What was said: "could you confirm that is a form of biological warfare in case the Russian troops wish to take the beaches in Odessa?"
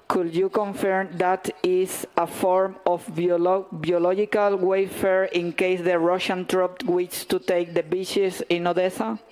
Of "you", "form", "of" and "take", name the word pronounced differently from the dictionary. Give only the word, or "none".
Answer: of